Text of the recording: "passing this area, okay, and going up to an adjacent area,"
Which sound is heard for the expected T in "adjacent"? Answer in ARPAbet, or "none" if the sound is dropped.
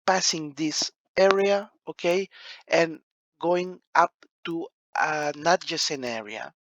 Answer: none